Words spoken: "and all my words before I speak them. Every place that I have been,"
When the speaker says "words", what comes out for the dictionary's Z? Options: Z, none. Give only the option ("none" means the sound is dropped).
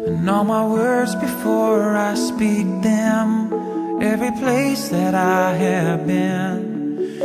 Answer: Z